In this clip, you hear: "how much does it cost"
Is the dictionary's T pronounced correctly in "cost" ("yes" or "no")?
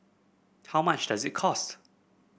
yes